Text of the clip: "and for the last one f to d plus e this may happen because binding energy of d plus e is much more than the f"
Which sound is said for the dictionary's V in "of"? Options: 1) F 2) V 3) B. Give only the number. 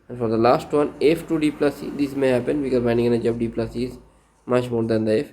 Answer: 3